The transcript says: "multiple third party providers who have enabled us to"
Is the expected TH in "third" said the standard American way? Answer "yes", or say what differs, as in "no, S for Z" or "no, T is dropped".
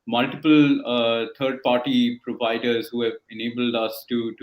no, T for TH